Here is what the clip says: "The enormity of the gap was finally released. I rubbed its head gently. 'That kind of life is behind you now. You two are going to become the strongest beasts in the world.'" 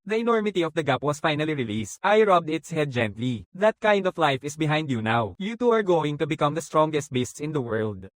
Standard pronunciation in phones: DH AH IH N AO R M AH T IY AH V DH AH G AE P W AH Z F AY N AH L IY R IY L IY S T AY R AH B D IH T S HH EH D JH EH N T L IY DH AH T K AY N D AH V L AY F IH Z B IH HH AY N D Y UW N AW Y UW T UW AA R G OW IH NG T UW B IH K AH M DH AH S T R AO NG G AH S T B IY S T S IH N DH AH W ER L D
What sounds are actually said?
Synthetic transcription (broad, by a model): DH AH IH N AO R M AH T IY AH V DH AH G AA P W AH S F AY N AH L IY R IY L IY S T AY R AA B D IH T S HH EH D JH EH N T L IY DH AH T K AY N D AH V L AY F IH S B IH HH AY N D Y UW N AW Y UW T UW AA R G OW IH NG T UW B IH K AH M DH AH S T R AO NG G AH S T B IY S T S IH N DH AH W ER L D